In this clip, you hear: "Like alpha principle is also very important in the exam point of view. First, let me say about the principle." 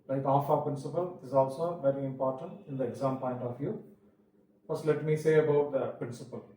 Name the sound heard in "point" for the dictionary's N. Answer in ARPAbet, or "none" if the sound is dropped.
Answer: N